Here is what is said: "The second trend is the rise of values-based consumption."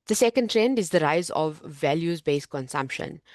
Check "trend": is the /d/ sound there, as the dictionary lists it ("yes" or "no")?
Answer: yes